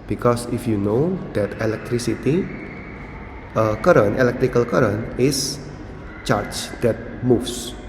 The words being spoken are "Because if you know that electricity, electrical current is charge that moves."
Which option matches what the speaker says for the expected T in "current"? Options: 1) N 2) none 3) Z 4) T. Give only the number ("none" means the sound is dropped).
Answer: 2